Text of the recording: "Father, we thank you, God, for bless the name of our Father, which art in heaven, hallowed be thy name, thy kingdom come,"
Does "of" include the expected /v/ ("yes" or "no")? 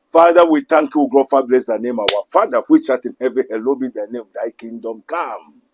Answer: no